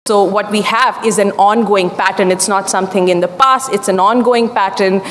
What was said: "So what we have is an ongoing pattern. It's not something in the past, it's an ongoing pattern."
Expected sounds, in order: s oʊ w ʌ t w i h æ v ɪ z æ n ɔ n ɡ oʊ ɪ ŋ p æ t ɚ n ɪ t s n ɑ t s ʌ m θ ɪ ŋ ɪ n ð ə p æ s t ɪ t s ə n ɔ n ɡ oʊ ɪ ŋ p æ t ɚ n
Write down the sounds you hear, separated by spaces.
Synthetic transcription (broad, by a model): s oʊ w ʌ t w i h æ v ɪ z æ n ɔ n ɡ oʊ ɪ ŋ p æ t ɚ n ɪ t s n ɑ t s ʌ m t ɪ ŋ ɪ n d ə p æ s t ɪ t s ə n ɔ n ɡ oʊ ɪ ŋ p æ t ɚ n